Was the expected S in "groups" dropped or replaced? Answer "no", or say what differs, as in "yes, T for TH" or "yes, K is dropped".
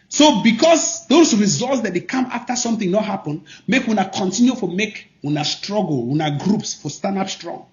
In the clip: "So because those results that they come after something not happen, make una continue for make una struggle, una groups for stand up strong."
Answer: no